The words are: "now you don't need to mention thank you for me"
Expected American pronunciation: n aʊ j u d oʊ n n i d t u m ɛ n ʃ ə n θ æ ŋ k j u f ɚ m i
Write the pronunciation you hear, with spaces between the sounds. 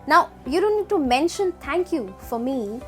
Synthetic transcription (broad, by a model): n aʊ j u d oʊ n n i d t u m ɛ n ʃ ə n t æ ŋ k j u f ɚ m i